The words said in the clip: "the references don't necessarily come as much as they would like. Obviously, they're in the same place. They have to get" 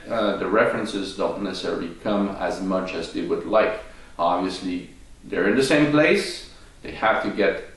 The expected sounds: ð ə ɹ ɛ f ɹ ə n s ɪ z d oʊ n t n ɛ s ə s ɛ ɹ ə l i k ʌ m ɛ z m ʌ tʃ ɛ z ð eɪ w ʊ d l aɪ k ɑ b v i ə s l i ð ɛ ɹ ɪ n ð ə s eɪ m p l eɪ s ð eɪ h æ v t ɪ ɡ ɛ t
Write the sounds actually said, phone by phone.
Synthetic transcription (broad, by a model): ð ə ɹ ɛ f ɹ ə n s ɪ z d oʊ n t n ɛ s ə s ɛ ɹ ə l i k ʌ m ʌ z m ʌ tʃ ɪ z ð eɪ w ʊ d l aɪ k ɑ b v i ə s l i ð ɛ ɹ ɪ n ð ə s eɪ m p l eɪ s ð eɪ h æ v t ɪ ɡ ɛ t